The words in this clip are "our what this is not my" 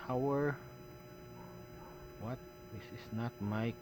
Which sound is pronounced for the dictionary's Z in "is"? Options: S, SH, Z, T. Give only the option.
S